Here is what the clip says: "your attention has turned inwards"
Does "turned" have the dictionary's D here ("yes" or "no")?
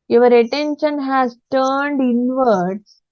yes